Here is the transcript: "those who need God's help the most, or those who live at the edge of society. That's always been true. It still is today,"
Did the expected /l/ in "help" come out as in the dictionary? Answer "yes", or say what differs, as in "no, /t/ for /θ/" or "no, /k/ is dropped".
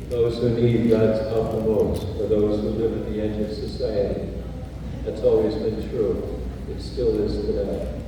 no, /l/ is dropped